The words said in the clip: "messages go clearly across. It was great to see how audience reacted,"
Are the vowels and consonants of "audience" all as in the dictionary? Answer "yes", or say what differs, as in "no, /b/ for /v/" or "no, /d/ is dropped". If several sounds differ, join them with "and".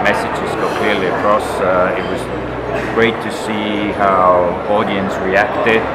yes